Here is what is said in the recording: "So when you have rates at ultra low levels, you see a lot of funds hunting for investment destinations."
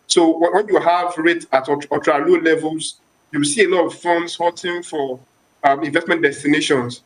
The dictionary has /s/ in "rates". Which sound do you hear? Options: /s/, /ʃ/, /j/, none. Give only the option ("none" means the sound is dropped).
none